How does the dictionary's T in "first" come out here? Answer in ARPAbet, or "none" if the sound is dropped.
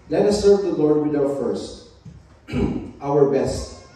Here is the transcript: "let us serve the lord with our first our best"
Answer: T